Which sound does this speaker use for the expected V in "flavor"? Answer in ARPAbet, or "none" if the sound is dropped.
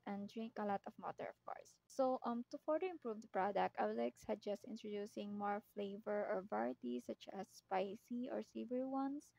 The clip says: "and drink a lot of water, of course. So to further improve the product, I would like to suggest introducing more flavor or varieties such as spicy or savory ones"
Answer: V